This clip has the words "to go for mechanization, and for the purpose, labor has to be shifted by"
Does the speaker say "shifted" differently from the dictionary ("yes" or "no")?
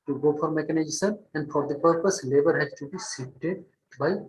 yes